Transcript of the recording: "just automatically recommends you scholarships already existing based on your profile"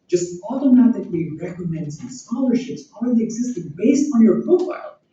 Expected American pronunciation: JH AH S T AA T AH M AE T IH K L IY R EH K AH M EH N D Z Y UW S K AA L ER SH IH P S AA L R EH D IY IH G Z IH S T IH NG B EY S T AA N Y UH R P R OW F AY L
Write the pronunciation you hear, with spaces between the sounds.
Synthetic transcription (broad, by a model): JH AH S T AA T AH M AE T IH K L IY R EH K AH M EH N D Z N S K AA L ER SH IH P S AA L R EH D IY IH G Z IH S T IH NG B EY S T N Y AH R P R OW F AY L